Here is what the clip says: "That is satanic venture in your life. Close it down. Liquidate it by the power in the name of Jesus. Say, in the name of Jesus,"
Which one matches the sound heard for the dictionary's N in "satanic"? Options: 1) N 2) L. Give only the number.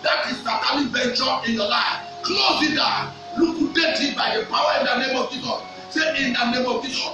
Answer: 2